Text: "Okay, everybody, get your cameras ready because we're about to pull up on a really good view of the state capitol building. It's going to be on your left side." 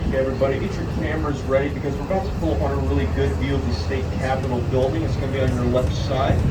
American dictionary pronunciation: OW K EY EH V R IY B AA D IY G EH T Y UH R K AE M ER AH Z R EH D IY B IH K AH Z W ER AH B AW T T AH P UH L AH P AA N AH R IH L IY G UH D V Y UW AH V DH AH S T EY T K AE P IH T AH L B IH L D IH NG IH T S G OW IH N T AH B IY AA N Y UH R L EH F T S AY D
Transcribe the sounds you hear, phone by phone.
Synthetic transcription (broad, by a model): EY EH V R IY B AA D IY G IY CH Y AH R K AE M ER AH Z R EH D IY B IH K AH Z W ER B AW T T AH P UH L AH P AA N AH R IH L IY G UH D V Y UW AH V DH AH S T EY T K AE P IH T L B IH L D IH NG IH T S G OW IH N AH B IY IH N Y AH R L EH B S AY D